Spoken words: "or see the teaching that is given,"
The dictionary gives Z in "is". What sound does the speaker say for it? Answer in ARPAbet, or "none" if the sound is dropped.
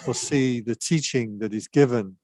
Z